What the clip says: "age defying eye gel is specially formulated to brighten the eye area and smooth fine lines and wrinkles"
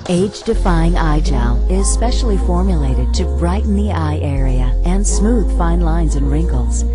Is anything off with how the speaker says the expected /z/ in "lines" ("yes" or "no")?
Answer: no